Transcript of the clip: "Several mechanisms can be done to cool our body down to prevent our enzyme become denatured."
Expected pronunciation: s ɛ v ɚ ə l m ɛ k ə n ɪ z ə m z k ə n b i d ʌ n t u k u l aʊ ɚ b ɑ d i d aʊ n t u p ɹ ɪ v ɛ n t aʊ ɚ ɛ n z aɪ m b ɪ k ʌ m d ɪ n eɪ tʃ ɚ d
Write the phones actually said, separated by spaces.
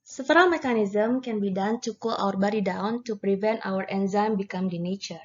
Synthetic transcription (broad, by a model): s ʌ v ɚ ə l m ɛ k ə n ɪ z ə m k ə n b i d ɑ n t u k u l aʊ ɚ b ɑ d i d aʊ n t u p ɹ ɪ v ɛ n t aʊ ɚ ɛ n z aɪ m b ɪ k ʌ m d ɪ n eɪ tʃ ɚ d